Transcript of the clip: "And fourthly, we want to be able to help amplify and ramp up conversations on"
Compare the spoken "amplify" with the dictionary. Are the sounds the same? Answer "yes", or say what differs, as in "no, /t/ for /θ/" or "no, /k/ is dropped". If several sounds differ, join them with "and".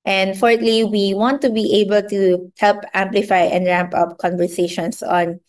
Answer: yes